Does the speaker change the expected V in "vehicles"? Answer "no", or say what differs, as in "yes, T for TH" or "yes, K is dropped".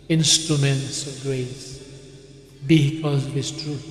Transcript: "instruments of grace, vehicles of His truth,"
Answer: yes, B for V